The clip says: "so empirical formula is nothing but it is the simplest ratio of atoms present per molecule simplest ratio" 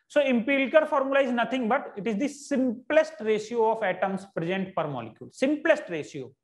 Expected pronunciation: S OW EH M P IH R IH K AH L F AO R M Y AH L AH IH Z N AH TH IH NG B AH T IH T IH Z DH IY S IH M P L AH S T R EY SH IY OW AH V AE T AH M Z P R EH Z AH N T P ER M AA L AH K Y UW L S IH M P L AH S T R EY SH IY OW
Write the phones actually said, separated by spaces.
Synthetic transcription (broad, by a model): S OW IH M P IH L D K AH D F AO R M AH L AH IH Z N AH T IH NG B AH T IH T IH Z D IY S IH M P L AH S T R EY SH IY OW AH F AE T AH M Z P R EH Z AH N T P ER M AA L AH K Y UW L S IH M P L AH S T R EY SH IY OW